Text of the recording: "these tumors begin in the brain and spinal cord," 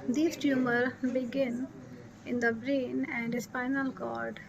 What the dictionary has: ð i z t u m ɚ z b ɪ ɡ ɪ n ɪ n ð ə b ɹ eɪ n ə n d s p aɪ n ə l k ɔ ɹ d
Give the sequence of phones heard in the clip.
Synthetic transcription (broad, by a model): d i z t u m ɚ b ɪ ɡ ɪ n ɪ n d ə b ɹ eɪ n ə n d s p aɪ n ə l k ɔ ɹ d